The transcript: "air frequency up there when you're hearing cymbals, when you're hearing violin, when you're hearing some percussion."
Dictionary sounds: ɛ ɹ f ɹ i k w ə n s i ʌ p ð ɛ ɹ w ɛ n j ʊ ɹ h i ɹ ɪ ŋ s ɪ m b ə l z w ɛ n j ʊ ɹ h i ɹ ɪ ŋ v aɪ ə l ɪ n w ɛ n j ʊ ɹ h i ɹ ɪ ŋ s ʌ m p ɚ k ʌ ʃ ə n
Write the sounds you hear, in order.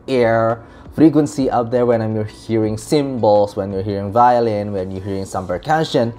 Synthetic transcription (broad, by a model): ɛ ɹ f ɹ i k w ə n s i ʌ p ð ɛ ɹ w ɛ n j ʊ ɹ h i ɹ ɪ ŋ s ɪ m b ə l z w ɛ n j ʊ ɹ h i ɹ ɪ ŋ v aɪ ə l ɪ n w ɛ n j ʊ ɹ h i ɹ ɪ ŋ s ʌ m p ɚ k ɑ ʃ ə n